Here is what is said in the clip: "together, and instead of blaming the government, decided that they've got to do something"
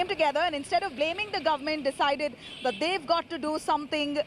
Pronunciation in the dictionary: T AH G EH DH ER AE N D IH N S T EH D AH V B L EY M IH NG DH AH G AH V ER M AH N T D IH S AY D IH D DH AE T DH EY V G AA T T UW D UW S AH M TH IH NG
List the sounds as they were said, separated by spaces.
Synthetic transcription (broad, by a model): T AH G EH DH ER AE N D IH N S T EH D AH V B L EY M IH NG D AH G AH V ER M AH N T D IH S AY D IH D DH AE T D EY V G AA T T UW D UW S AH M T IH NG